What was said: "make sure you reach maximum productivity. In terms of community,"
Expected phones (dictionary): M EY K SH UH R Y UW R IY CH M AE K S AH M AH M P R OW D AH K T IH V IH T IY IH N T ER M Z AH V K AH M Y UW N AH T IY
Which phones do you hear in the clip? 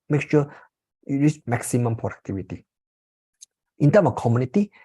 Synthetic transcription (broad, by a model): M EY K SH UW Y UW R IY S M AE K S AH M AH M P R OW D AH K T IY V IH T IY IH N T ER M AH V K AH M Y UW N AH T IY